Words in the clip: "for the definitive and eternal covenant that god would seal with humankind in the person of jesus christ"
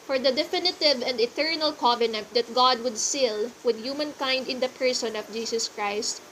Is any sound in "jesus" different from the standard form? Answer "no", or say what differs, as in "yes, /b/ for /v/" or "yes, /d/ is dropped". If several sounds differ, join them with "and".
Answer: yes, /s/ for /z/